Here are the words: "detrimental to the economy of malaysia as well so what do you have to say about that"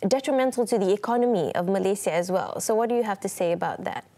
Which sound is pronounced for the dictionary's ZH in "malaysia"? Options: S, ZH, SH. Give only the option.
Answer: S